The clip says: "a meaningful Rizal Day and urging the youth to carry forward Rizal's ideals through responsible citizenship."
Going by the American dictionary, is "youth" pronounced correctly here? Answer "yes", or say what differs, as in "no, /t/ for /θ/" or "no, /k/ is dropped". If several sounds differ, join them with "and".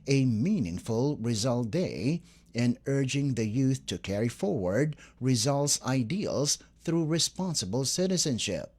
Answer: yes